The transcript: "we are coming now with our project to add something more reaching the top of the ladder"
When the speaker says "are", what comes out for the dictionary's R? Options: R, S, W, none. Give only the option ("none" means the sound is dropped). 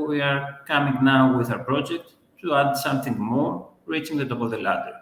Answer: R